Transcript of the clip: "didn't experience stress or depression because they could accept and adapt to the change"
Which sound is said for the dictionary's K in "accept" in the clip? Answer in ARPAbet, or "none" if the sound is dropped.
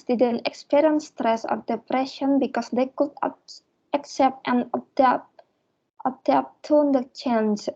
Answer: K